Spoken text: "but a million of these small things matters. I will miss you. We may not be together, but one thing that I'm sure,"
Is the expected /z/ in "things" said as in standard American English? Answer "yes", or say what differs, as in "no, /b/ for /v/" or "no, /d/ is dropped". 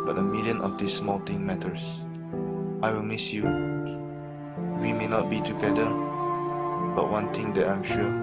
no, /z/ is dropped